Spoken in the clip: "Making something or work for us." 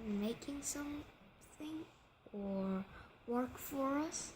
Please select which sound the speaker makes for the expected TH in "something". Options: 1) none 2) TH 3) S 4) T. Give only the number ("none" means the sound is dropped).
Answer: 2